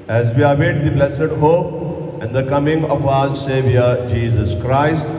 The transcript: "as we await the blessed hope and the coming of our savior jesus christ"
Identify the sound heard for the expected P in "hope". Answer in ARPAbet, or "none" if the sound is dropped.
none